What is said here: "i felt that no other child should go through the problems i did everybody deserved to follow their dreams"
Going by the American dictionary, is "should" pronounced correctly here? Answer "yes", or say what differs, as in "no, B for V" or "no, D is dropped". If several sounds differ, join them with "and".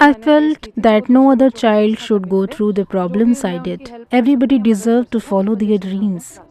yes